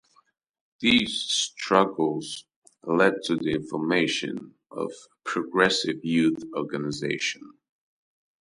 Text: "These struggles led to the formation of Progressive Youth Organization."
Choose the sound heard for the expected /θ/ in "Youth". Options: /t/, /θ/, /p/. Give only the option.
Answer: /θ/